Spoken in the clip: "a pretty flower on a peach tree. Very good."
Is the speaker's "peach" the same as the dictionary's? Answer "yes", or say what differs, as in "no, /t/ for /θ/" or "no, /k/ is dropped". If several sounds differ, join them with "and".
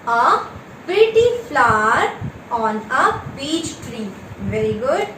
no, /b/ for /p/